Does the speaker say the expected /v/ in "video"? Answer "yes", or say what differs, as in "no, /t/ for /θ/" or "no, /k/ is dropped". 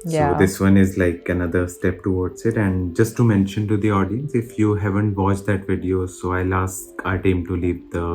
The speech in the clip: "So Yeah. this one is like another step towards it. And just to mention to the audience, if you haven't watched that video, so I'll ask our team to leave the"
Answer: yes